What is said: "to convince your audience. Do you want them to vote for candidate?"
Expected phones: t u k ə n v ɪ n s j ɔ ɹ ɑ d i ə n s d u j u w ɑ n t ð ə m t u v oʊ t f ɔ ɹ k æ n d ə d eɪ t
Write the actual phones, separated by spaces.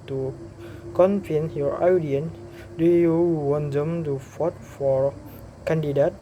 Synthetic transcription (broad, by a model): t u k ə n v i n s j ɔ ɹ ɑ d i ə n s d u j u w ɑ n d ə m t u f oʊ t f ɔ ɹ k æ n d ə d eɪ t